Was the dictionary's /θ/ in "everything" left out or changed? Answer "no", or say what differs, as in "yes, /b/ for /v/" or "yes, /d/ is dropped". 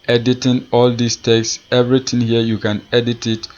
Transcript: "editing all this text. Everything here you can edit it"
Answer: yes, /t/ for /θ/